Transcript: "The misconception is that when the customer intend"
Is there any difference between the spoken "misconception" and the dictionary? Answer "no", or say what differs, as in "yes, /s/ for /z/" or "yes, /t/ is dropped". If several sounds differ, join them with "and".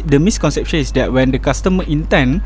no